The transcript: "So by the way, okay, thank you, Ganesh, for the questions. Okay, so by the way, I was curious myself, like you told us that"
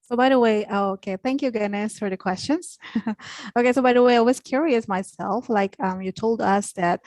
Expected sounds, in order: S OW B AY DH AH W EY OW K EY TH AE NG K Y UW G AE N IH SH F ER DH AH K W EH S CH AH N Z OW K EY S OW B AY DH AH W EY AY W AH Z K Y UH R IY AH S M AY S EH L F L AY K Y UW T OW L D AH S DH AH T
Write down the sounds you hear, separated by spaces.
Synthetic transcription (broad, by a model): S OW B AY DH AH W EY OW K EY TH AE NG K Y UW G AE N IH S F ER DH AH K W EH S CH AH N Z OW K EY S OW B AY DH AH W EY AY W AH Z K Y UH R IY AH S M AY S EH L F L AY K Y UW T OW L D AH S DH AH T